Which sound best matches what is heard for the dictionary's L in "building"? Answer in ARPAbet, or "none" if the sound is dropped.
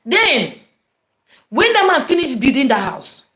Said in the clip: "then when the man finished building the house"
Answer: none